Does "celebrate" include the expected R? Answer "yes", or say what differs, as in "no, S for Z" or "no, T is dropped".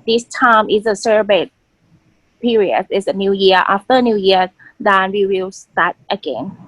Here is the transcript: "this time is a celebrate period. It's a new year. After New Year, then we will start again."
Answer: no, R is dropped